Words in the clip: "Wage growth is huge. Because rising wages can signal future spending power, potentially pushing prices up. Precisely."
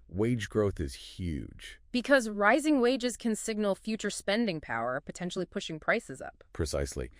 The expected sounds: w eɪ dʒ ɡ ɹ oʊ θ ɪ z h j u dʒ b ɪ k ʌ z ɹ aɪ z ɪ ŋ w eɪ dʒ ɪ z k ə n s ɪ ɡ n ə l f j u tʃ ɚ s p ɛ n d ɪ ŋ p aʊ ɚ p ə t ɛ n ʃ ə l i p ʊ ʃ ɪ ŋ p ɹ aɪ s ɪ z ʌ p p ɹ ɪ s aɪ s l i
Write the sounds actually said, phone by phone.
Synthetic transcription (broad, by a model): w eɪ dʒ ɡ ɹ oʊ θ ɪ z h j u dʒ b ɪ k ʌ z ɹ aɪ z ɪ ŋ w eɪ dʒ ɪ z k ə n s ɪ ɡ n l f j u tʃ ɚ s p ɛ n d ɪ ŋ p aʊ ɚ p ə t ɛ n ʃ l i p ʊ ʃ ɪ ŋ p ɹ aɪ s ɪ z ʌ p p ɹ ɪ s aɪ s l i